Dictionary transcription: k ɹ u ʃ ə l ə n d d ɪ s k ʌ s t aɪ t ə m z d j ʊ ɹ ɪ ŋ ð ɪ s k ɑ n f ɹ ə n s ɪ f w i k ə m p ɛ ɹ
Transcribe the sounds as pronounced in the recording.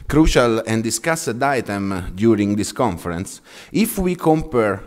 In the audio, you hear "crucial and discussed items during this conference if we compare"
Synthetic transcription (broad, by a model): k ɹ u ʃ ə l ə n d d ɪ s k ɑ s t aɪ t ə m d j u ɹ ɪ ŋ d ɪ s k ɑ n f ɹ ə n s ɪ f w i k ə m p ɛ ɹ